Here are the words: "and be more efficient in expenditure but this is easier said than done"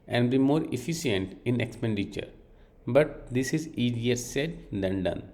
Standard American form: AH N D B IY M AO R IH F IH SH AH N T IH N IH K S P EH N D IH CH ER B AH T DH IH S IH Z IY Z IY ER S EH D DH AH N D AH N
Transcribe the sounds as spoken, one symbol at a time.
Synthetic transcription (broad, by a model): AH N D B IY M AO R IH F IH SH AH N T IH N IH K S P EH N D IH CH ER B AH T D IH S IH Z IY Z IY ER S EH D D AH N D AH N